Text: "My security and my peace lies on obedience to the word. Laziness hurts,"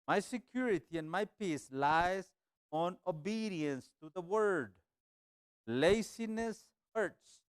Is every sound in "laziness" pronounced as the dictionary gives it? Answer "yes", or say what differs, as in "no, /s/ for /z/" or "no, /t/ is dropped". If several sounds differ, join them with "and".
no, /s/ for /z/